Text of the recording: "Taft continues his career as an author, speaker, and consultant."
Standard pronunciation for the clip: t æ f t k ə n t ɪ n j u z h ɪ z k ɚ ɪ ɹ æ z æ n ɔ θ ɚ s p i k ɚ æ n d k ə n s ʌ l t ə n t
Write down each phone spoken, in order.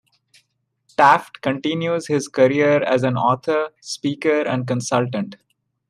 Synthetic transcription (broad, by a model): t æ f t k ə n t ɪ n j u z h ɪ z k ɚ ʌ ɹ æ z æ n ɔ t ɚ s p i k ɚ æ n d k ə n s ʌ l t ə n t